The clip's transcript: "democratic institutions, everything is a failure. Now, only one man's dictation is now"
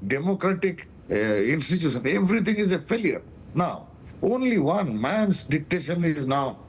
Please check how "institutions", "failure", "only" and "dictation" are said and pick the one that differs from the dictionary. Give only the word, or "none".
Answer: institutions